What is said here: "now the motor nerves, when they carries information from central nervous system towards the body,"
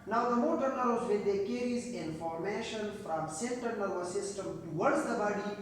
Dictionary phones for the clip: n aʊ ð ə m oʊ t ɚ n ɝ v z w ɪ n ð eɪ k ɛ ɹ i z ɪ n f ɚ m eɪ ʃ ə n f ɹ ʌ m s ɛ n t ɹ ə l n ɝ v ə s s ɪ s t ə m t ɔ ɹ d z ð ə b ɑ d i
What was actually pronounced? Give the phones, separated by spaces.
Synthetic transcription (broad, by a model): n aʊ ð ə m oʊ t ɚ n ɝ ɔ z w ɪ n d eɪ k ɛ ɹ i z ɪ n f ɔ m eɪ ʃ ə n f ɹ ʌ m s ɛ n t ə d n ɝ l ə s s ɪ s t ə m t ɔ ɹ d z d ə b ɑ d i